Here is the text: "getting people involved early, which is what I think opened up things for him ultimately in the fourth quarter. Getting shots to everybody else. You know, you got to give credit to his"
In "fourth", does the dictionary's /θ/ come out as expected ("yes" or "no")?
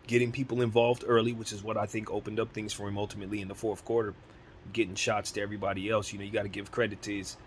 yes